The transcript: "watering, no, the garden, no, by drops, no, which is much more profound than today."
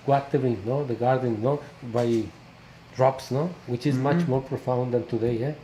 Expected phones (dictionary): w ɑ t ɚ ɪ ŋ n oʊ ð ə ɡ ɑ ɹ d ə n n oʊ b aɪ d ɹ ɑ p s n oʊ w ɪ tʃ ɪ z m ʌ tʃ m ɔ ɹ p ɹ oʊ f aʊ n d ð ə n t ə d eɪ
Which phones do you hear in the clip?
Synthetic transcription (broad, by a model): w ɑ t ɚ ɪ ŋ n oʊ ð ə ɡ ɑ ɹ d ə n n oʊ b aɪ d ɹ ɑ p s n oʊ w ɪ tʃ ɪ z m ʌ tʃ m ɔ ɹ p ɹ oʊ f aʊ n d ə n t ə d eɪ